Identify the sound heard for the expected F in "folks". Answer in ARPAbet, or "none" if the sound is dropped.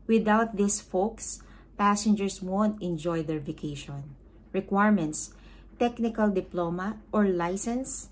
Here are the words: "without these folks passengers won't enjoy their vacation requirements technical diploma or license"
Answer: F